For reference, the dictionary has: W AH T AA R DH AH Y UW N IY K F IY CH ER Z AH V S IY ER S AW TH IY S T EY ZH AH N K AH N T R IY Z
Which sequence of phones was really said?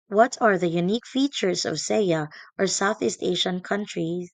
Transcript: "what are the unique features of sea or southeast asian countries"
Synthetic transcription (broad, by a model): W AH T AA R DH AH Y UW N IY K F IY CH ER Z AH V S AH ER S AW TH IY S T EY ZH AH N K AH N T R IY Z